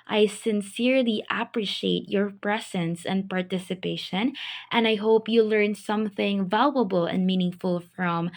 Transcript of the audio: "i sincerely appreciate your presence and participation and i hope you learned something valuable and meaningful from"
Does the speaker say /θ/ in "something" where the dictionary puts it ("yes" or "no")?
yes